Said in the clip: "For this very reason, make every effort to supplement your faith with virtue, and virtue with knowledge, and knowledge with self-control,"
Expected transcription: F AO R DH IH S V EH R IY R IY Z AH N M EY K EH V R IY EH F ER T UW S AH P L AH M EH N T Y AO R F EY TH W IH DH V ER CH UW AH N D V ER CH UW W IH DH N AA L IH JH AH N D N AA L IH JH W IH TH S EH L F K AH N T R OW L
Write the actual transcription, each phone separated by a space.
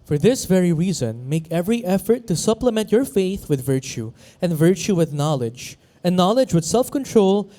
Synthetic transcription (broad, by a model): F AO R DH IH S V EH R IY R IY Z AH N M EY K EH V R IY EH F ER T UW S AH P L AH M EH N T Y AO R F EY TH W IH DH V ER CH UW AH N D V ER CH UW W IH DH N AA L IH JH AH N N AA L IH JH W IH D S EH L F K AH N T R OW L